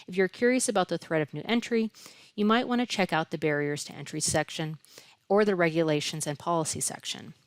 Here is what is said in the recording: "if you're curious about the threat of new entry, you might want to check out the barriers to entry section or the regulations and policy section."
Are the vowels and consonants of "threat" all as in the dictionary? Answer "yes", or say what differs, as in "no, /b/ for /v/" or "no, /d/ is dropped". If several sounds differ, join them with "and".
yes